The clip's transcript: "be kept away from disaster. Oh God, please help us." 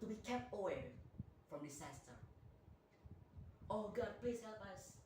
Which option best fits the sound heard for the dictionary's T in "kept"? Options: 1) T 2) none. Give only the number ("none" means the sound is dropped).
1